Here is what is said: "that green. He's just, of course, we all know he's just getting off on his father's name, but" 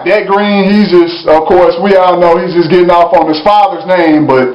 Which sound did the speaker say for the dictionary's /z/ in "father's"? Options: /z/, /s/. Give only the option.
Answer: /z/